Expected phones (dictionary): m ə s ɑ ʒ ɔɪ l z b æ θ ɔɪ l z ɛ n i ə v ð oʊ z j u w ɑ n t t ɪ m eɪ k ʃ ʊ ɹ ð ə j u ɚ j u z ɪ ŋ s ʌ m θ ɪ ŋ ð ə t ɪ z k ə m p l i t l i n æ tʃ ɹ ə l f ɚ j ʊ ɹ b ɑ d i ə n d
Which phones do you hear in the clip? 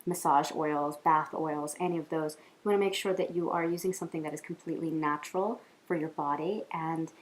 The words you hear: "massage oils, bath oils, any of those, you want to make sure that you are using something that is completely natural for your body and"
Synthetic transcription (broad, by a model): m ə s ɑ ʒ ɔɪ l z b æ θ ɔɪ l z ɛ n i ə v ð oʊ z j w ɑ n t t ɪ m eɪ k ʃ ʊ ɹ ð ə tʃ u ɚ j u z ɪ ŋ s ʌ m θ ɪ ŋ ð ə t ɪ z k m p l i t l i n æ tʃ ɹ l f ɚ j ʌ ɹ b ɑ d i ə n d